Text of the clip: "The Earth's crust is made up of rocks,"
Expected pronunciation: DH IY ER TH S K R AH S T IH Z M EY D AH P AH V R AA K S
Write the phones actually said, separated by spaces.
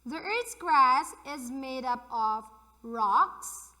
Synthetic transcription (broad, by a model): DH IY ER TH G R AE S IH Z M EY D AH P AH V R AA K S